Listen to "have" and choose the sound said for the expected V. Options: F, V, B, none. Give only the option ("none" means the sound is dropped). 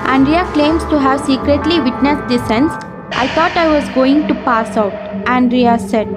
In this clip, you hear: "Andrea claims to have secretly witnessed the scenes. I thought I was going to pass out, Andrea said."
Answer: V